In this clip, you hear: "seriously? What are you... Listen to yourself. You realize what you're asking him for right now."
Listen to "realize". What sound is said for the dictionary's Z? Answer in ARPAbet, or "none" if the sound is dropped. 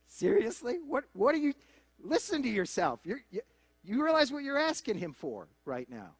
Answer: Z